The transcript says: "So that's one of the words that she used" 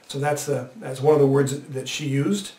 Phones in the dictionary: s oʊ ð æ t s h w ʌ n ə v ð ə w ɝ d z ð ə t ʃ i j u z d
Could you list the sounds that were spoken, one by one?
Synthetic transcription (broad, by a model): s oʊ ð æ t s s w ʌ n ə v ð ə w ɝ d z ð ə t ʃ i j u z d